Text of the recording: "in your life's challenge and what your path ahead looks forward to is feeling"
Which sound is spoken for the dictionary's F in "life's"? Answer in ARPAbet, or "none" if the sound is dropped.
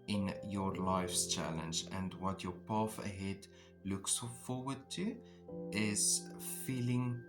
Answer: F